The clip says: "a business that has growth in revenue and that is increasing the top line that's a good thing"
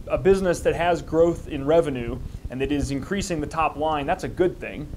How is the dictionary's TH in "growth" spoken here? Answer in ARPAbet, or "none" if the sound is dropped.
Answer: TH